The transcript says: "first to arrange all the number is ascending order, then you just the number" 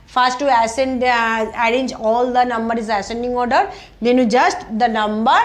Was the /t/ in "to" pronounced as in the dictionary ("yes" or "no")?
no